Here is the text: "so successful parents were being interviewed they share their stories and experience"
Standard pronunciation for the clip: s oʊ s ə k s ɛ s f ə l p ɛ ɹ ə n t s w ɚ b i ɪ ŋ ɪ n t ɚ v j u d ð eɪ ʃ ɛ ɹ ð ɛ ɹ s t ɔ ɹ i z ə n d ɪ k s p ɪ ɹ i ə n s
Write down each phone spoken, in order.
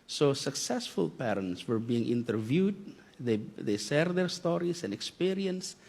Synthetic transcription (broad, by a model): s oʊ s ə k s ɛ s f ə l p ɛ ɹ ə n t s w ɚ b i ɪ ŋ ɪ n t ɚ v j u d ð eɪ s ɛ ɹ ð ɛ ɹ s t ɔ ɹ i s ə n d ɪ k s p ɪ ɹ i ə n s